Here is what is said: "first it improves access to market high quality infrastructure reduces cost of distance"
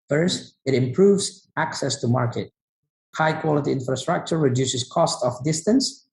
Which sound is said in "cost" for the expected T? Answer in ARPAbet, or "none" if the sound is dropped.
T